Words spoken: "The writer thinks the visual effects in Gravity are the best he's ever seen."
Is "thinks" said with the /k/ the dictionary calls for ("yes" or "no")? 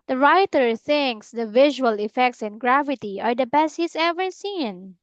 yes